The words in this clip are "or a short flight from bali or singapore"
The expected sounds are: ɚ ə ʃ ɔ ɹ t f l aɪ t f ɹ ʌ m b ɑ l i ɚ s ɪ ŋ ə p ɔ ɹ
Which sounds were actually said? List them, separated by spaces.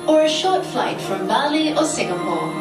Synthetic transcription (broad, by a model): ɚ ə ʃ ɔ ɹ t f l aɪ t f ɹ ʌ m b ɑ l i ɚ s ɪ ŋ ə p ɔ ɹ